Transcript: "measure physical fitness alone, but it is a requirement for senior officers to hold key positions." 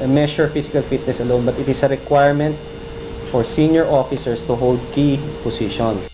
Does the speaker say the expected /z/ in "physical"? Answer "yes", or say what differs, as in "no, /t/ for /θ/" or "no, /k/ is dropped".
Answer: no, /s/ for /z/